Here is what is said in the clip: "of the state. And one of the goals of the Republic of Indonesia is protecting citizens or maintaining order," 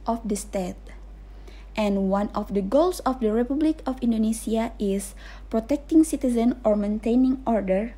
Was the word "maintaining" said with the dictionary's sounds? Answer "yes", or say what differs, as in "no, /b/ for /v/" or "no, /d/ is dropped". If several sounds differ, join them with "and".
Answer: yes